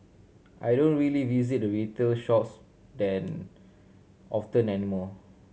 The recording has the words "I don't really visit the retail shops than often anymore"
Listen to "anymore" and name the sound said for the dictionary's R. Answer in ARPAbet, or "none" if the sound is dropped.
L